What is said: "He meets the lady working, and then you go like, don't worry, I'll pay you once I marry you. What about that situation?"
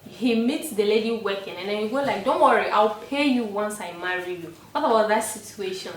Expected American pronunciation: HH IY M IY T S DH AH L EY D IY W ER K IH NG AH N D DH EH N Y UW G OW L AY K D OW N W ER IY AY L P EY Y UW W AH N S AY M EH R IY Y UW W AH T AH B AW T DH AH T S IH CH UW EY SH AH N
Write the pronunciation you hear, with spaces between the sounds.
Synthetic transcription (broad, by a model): HH IY M IY T S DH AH L EY D IY W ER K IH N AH N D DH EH N Y UW G OW L AY K D OW N W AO IY AY L P EY Y UW W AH N S AY M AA R IY Y UW W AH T AH B AW T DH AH T S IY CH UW EY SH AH N